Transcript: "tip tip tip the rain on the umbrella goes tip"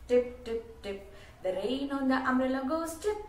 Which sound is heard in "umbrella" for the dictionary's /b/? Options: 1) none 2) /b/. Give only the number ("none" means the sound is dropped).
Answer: 1